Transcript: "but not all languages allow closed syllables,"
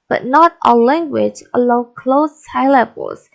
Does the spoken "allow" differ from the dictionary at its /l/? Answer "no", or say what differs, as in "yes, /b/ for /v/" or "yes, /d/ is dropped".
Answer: yes, /l/ is dropped